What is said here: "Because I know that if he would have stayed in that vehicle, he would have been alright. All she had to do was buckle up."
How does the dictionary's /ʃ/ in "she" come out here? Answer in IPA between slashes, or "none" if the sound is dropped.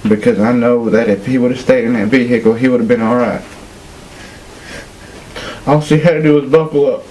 /s/